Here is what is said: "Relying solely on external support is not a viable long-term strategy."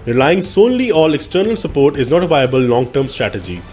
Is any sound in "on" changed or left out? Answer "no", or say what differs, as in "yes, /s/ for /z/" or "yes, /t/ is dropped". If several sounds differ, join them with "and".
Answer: yes, /l/ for /n/